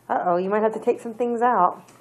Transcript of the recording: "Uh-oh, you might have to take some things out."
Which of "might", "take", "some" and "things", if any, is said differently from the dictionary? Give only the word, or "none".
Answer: none